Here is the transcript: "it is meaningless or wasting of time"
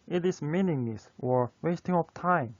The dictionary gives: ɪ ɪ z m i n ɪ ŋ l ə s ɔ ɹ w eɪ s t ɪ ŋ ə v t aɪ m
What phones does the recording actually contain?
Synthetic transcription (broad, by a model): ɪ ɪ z m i n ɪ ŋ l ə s ɔ ɹ w eɪ s t ɪ ŋ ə p t aɪ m